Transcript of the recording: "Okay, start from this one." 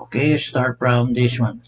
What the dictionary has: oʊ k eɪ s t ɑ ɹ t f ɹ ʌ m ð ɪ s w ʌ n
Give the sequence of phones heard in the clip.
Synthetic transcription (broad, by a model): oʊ k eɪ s t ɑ ɹ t p ɹ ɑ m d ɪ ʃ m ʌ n